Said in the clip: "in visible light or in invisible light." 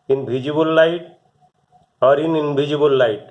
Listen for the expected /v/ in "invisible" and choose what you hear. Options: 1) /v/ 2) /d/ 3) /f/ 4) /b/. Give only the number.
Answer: 4